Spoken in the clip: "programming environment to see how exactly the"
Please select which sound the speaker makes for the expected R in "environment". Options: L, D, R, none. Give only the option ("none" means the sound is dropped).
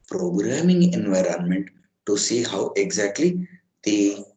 R